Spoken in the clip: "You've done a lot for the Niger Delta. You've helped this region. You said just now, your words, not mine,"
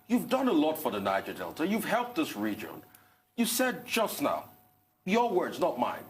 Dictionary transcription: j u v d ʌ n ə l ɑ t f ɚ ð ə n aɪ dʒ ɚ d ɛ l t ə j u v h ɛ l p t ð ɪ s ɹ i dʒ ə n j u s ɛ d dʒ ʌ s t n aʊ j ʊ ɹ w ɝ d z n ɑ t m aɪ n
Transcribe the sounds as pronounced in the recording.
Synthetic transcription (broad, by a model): j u v d ʌ n ə l ɑ t f ɚ ð ə n aɪ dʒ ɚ d ɛ l t ə j u v h ɛ l p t ð ɪ s ɹ i dʒ ə n j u s ɛ d dʒ ʌ s t n aʊ j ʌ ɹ w ɝ d z n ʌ t m aɪ n